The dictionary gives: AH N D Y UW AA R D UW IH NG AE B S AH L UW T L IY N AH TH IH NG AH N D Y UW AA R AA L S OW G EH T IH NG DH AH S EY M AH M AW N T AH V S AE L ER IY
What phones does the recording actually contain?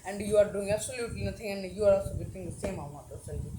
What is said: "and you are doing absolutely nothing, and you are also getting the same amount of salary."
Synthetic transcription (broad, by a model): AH N D Y UW AA R D UW IH NG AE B S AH L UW T L IY N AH T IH NG AH N D Y UW AA R AA L S OW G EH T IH NG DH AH S EY M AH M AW T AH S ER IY